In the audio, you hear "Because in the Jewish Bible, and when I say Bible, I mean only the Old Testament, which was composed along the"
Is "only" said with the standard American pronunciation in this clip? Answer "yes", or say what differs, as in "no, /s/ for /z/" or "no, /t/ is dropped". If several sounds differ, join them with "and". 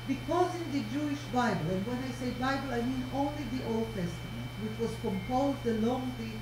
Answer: yes